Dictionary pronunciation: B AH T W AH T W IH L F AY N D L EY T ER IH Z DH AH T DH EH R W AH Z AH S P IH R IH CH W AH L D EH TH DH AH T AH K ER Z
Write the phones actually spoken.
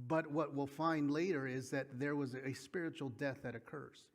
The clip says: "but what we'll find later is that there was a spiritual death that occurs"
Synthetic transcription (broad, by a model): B AH T W AH T W IH L F AY N D L EY T ER IH Z DH AH T DH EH R W AH Z AH S P IH R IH CH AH L D EH TH DH AH T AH K ER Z